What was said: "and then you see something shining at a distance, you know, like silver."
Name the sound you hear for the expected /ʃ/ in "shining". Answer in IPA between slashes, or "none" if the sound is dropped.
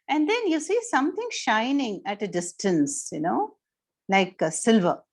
/ʃ/